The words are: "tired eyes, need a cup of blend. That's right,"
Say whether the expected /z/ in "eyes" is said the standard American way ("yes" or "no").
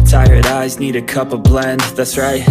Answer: yes